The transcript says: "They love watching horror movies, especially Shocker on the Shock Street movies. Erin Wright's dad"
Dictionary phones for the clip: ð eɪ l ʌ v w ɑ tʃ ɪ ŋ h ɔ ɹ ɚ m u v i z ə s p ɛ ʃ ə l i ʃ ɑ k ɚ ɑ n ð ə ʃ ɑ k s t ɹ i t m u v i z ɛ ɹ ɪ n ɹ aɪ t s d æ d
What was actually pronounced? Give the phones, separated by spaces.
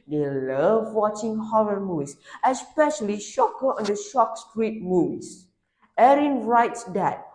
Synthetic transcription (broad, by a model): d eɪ l ʌ v w ɑ tʃ ɪ ŋ h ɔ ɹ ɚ m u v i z ə s p ɛ ʃ ə l i ʃ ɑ k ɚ ɑ n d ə ʃ ɑ k s t ɹ i t m u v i s ɛ ɹ ɪ n ɹ aɪ t s d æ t